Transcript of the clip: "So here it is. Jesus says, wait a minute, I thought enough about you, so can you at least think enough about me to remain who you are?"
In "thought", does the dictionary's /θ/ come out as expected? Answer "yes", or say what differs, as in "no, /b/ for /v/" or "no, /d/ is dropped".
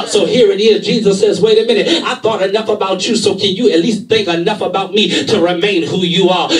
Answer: yes